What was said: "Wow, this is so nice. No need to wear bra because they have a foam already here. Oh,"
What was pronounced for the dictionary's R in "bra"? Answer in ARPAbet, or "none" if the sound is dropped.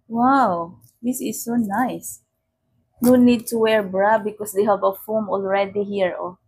R